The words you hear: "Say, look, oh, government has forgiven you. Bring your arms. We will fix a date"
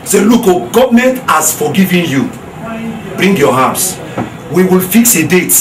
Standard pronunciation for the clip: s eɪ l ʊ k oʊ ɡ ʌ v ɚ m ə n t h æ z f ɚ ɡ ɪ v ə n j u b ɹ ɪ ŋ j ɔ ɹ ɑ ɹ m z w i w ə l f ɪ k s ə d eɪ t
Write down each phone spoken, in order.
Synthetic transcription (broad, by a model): s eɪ l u k oʊ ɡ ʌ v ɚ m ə n t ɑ s f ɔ ɡ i v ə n j u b ɹ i ŋ j ɔ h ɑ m s w i w ə l f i k s ə d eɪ t